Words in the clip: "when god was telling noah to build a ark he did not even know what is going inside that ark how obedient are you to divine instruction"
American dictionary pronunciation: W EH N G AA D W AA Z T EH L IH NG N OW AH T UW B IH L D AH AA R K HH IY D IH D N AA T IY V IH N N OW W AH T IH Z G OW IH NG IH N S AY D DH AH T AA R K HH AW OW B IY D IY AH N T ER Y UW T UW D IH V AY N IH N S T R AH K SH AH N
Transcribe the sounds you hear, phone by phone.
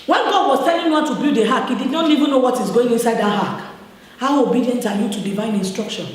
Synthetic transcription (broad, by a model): W EH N G AA D W AA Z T EH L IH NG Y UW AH T UW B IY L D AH AA K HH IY D IH D N AA T IY V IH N N OW W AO T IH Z G OW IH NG IH N S AY D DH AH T AA K HH AW OW B IY D IY AH N T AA Y UW T UW D IH V AY N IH N S T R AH K SH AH N